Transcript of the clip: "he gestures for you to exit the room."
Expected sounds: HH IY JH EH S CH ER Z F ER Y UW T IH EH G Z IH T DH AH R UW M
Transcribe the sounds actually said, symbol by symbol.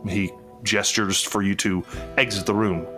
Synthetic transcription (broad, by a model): HH IY JH EH S CH ER Z F ER Y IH T IH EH G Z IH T DH AH R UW M